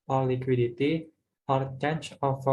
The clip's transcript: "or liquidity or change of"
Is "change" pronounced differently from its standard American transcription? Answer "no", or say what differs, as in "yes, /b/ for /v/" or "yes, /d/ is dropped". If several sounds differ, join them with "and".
yes, /tʃ/ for /dʒ/